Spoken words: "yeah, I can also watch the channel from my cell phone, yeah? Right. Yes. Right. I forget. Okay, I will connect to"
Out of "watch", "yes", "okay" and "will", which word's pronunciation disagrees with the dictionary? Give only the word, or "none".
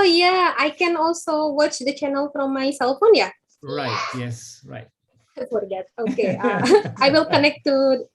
none